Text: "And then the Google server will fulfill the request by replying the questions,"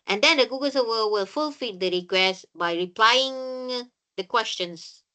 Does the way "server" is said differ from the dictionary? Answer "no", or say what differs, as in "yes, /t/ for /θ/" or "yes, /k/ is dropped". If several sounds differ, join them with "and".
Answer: yes, /w/ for /v/